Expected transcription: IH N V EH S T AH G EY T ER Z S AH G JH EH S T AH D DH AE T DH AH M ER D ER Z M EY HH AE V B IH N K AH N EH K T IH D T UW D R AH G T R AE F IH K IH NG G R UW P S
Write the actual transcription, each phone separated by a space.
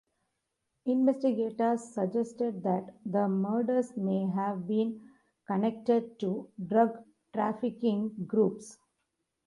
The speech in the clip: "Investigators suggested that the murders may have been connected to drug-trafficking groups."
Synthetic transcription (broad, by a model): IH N V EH S T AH G EY T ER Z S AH JH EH S T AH D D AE T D AH M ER D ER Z M EY HH AE V B IH N K AH N EH K T IH D T UW D R AH G T R AE F IH K IH NG G R UW P S